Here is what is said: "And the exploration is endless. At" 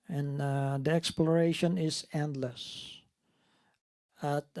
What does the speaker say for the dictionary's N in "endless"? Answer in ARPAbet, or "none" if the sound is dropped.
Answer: N